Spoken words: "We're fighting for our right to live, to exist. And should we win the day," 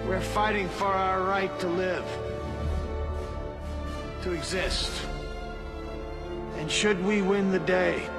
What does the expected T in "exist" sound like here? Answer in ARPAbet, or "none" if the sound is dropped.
T